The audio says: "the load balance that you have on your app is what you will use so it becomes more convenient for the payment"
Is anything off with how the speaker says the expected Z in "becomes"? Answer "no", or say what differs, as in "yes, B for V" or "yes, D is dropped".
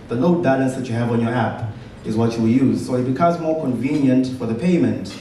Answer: no